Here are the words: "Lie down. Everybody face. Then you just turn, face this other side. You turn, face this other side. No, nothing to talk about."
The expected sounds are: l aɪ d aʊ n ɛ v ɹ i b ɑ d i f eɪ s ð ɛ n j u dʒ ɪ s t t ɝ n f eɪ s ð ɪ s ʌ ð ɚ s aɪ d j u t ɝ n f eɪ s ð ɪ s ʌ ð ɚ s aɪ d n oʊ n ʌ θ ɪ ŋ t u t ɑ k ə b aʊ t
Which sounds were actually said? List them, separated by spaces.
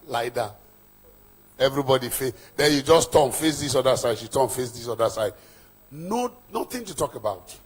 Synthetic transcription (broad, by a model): l aɪ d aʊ ɛ v ɹ i b ɑ d i f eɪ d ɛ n j u dʒ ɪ s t t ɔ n f eɪ s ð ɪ s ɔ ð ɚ s aɪ d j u t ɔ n f eɪ s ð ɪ s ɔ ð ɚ s aɪ d n oʊ n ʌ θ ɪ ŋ t u t ɑ k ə b aʊ t